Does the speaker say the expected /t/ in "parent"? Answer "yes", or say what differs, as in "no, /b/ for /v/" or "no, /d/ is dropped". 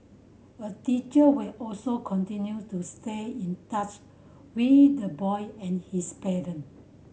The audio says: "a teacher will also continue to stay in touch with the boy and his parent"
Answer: no, /t/ is dropped